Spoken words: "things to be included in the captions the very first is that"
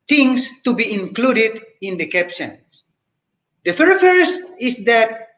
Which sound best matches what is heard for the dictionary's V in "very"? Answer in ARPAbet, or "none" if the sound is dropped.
F